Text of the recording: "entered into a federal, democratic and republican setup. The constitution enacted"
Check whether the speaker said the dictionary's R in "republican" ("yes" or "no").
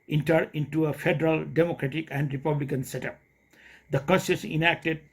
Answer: yes